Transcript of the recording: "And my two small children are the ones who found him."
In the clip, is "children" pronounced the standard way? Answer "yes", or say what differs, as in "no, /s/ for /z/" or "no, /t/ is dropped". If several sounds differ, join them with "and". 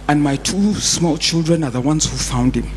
yes